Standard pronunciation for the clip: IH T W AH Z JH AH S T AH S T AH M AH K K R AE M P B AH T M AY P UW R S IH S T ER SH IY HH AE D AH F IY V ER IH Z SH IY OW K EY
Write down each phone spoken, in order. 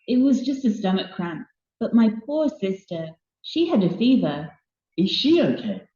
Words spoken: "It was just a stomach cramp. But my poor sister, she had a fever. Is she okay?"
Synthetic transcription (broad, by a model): IH T W AH Z JH AH S T AH S T AH M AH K K R AE M P B AH T M AY P UW R S IH S T ER SH IY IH D AH F IY V ER IH Z SH IY OW K EY